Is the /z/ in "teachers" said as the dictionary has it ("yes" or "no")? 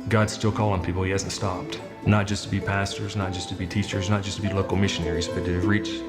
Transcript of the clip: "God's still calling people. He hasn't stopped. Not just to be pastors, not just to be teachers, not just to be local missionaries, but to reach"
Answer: yes